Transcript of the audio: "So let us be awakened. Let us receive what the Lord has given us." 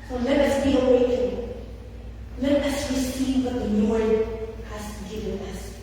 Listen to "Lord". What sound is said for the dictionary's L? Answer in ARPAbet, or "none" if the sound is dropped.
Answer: N